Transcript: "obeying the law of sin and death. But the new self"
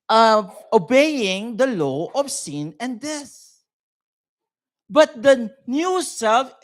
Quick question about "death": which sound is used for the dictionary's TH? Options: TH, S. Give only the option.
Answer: S